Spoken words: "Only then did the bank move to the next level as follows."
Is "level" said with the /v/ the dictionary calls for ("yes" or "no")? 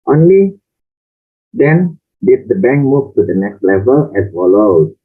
yes